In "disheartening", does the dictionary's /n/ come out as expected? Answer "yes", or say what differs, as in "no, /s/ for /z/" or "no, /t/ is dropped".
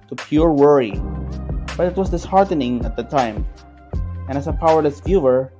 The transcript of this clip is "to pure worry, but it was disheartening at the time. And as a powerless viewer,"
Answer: yes